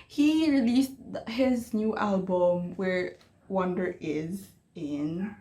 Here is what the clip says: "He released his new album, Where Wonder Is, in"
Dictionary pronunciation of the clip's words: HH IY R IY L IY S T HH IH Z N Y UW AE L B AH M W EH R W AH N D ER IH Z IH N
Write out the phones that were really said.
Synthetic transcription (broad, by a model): HH IY R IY L IY S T HH IH Z N Y UW AE L B AH M W EH R W AH N D ER IH Z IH N